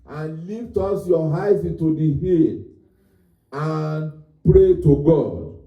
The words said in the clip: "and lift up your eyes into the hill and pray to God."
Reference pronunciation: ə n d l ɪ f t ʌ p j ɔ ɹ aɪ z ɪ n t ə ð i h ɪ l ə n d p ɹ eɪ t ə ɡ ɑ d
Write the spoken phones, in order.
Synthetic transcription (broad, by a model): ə n l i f t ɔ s j ɔ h aɪ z ɪ n t ə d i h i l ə n p ɹ eɪ t ə ɡ ɑ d